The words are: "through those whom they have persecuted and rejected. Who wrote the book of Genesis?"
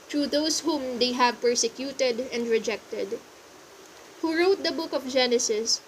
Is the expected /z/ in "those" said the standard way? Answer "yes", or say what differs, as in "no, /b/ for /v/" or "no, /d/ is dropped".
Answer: no, /s/ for /z/